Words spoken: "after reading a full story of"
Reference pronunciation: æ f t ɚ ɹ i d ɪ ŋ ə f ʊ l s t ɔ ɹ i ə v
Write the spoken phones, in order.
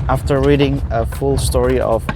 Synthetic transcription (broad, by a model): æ f t ɚ ɹ i d ɪ ŋ ə f ʊ l s t ɔ ɹ i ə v